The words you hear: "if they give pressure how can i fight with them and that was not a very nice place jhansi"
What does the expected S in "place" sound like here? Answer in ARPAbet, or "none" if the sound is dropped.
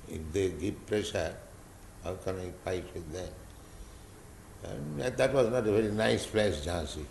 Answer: SH